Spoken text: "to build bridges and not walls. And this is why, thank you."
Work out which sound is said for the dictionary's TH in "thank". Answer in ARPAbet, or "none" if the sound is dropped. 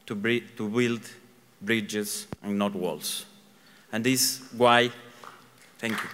T